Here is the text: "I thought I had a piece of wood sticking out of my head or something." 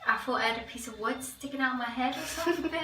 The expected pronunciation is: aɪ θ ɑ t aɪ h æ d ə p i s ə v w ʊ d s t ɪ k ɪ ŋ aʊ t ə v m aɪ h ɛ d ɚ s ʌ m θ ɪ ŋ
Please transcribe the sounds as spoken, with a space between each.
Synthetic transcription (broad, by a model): aɪ f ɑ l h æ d ə p i s ə v w ʊ d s t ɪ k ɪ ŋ aʊ t m aɪ h ɛ d ɚ s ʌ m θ ɪ